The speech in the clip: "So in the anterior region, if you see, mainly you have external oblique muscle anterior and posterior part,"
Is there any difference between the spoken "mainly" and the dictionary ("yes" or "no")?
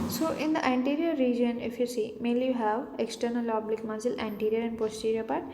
yes